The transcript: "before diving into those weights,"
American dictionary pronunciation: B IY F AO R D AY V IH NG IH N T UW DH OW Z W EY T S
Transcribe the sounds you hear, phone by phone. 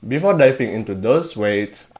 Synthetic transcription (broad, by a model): B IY F AO D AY F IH NG IH N T UW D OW S W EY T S